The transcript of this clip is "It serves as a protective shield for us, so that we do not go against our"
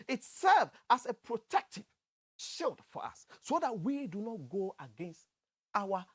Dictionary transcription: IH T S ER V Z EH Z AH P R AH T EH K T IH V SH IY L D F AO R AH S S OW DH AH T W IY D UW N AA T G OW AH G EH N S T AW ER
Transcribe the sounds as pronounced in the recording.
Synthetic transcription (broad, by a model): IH T S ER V AA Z AH P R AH T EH K T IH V SH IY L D F AO R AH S S OW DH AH T W IY D UW N AA T G OW AH G EH N S T AW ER